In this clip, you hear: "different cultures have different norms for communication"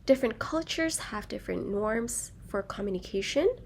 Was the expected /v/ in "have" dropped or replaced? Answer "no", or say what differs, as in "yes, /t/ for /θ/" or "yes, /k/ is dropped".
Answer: no